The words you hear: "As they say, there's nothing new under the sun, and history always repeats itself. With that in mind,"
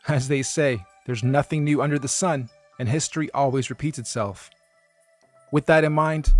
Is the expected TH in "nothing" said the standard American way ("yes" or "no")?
yes